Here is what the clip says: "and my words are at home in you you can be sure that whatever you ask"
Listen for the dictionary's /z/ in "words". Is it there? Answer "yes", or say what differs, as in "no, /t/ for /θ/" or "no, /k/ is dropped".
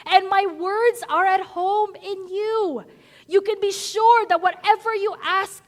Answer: yes